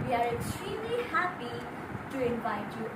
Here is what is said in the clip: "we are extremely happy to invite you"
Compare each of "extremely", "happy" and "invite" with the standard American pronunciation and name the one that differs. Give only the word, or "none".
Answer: none